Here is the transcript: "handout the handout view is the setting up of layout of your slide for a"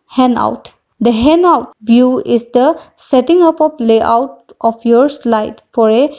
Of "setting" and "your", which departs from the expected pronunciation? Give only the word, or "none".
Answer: none